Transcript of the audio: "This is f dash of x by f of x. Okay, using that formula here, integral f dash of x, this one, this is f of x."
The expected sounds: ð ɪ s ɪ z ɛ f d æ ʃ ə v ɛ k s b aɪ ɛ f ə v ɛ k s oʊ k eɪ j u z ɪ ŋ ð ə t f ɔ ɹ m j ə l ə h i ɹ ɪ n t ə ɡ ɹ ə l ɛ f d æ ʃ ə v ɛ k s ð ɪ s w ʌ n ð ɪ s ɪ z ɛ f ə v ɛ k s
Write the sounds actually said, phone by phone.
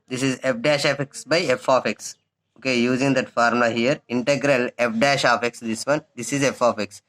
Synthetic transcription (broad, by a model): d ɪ s ɪ z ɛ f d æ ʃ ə f ɛ k s b aɪ ɛ f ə f ɛ k s oʊ k eɪ j u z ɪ ŋ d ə t f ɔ ɹ m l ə h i ɹ ɪ n t ə ɡ ɹ ə l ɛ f d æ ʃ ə f ɛ k s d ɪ s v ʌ n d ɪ s ɪ z ɛ f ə f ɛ k s